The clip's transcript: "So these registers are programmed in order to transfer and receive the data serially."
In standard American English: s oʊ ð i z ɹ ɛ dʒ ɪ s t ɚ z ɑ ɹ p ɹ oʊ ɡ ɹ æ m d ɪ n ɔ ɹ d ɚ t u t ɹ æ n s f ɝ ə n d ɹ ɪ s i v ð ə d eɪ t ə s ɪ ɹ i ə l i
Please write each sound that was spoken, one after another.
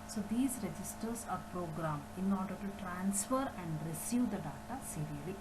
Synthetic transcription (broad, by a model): s oʊ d i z ɹ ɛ dʒ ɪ s t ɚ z ɑ ɹ p ɹ oʊ ɡ ɹ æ m ɪ n ɔ ɹ d ɚ t u t ɹ æ n s f ɝ ə n d ɹ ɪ s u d ə d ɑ t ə s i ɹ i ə l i